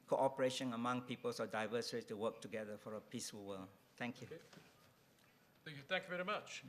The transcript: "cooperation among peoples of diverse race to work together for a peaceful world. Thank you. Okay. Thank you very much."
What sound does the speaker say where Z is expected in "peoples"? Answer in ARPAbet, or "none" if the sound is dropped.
S